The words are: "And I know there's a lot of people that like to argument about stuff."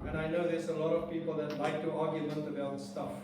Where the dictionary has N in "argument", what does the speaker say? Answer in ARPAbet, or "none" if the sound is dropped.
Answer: L